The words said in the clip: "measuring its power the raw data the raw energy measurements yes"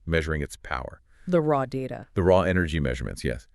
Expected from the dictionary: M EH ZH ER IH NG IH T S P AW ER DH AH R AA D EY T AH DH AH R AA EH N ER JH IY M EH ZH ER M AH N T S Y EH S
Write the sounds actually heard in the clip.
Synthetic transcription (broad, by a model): M EH ZH ER IH NG IH T S P AW ER DH AH R AA D EY T AH DH AH R AA EH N ER JH IY M EH ZH ER M AH N T S Y EH S